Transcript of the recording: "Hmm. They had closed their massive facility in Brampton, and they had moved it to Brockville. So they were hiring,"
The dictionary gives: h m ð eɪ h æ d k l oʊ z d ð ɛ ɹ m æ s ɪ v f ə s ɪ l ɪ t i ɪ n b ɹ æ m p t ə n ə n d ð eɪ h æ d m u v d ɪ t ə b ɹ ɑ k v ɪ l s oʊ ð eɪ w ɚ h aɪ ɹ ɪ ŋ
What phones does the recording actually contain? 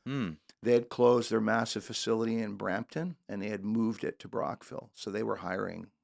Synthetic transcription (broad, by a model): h m ð eɪ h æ d k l oʊ z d ð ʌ ɹ m æ s ɪ v f ə s ɪ l ɪ t i ɪ n b ɹ æ m p t ə n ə n ð eɪ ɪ d m u v d ɪ t ə b ɹ ɑ k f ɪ l s oʊ ð eɪ w ɚ h aɪ ɹ ɪ ŋ